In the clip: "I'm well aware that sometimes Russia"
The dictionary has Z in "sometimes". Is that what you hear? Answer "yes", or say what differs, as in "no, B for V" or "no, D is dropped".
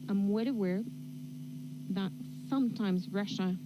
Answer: yes